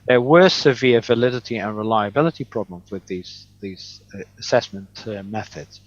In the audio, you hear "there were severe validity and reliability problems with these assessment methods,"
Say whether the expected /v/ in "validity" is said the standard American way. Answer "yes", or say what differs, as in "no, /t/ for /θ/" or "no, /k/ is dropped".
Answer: yes